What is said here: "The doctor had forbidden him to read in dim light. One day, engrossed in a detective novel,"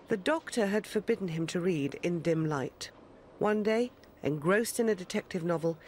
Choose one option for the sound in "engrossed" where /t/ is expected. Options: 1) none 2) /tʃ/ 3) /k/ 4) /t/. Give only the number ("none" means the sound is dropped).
4